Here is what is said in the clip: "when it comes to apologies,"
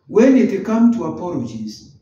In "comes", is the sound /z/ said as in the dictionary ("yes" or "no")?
no